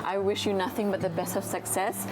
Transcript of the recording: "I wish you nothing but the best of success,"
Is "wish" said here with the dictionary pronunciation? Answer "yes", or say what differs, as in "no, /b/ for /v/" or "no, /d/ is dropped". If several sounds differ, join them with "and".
yes